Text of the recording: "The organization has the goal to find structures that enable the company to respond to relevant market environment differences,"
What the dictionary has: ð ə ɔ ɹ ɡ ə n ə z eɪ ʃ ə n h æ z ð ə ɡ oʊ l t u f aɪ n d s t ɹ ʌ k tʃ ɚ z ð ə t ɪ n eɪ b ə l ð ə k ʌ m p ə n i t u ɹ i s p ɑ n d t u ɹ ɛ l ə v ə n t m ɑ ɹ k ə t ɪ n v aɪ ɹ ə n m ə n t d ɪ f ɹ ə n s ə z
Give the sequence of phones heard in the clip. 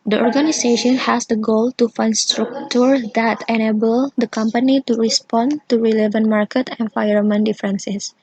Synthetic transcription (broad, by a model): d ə ɔ ɹ ɡ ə n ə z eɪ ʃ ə n h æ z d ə ɡ oʊ l t u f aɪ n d s t ɹ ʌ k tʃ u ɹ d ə t ɪ n eɪ b ə l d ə k ʌ m p ə n i t u ɹ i s p ɑ n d t u ɹ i l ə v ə n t m ɑ ɹ k ə t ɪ n f aɪ ə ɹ m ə n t d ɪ f ɹ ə n s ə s